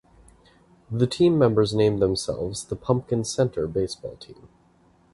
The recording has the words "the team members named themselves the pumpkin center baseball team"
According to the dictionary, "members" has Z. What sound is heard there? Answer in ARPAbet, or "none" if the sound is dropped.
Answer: Z